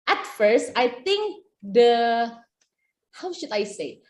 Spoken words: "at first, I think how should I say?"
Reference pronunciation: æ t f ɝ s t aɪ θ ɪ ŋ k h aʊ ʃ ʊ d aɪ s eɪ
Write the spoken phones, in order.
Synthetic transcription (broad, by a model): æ t f ɝ s t aɪ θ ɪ ŋ k h aʊ ʃ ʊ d aɪ s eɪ